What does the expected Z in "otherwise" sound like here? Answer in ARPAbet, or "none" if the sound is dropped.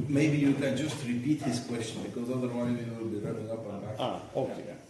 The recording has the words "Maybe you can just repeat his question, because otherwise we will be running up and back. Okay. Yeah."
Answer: Z